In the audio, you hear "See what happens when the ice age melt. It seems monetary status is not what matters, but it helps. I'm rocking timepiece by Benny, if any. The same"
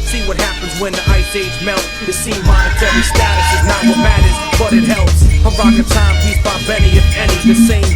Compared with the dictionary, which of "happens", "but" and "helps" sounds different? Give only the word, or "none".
none